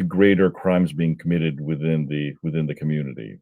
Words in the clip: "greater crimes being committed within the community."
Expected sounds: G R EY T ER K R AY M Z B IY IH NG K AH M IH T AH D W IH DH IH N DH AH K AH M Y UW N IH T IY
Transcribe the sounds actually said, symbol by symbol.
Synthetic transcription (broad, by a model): G R EY T ER K R AY M Z B IY IH NG K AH M IH T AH D W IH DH IH N DH AH K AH M Y UW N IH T IY